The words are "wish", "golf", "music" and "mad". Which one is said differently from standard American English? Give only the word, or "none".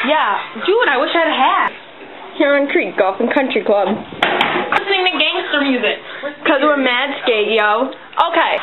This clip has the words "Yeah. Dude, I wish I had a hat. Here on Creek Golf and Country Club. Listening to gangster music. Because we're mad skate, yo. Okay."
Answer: none